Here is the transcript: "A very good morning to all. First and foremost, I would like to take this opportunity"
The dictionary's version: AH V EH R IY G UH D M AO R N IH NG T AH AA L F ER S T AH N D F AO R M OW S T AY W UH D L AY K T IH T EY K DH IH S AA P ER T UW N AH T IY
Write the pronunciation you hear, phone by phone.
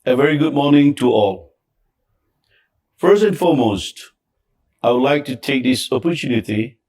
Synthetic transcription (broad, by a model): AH V EH R IY G UH D M AO R N IH NG T AH AA L F ER S T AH N F AO R M OW S T AY W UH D L AY K T IH T EY K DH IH S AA P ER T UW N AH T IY